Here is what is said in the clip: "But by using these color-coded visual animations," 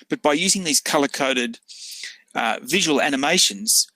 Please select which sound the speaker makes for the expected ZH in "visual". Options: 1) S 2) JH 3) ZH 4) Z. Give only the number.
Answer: 3